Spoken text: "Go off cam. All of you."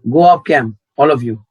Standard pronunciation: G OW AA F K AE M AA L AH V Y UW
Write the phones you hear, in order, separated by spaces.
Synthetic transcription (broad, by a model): G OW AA P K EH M AA L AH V Y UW